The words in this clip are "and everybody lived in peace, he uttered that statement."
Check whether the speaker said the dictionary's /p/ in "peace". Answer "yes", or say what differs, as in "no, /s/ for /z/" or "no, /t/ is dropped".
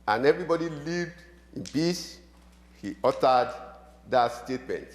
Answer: no, /b/ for /p/